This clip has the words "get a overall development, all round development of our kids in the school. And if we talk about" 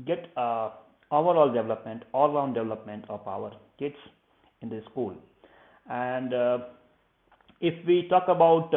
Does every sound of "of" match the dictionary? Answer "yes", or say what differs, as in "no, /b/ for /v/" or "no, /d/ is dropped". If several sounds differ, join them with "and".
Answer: no, /p/ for /v/